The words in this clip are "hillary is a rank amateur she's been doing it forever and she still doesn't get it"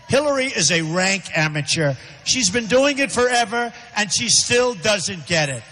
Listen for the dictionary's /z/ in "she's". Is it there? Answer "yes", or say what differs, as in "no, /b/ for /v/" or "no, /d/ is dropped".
yes